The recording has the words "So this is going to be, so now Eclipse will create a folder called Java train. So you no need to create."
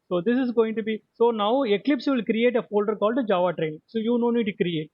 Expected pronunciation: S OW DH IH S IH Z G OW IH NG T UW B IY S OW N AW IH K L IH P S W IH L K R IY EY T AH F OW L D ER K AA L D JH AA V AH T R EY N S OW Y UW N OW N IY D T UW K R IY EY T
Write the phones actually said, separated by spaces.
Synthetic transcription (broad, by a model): S OW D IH S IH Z G OW IH NG T UW B IY S OW N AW IH K L IH P S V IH L K R IY EY T AH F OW L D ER K AA L D JH AA V AH T R EY N S OW Y UW N OW N IY D T UW K R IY EY T